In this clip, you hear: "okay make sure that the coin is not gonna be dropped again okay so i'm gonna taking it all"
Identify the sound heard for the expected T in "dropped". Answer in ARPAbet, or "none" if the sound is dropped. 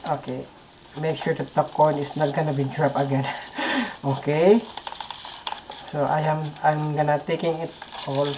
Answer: none